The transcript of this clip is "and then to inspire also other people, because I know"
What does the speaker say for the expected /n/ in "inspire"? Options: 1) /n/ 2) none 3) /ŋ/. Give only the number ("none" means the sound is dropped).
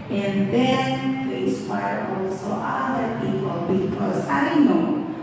2